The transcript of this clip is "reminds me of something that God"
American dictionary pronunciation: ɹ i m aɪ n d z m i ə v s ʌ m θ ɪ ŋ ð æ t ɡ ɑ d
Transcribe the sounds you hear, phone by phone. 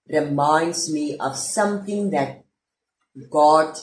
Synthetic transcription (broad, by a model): ɹ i m aɪ n d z m i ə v s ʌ m t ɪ ŋ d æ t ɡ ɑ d